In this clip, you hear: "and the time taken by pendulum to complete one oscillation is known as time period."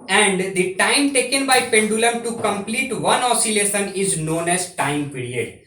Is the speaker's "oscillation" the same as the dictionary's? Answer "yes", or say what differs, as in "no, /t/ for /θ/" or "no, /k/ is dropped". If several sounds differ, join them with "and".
no, /s/ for /ʃ/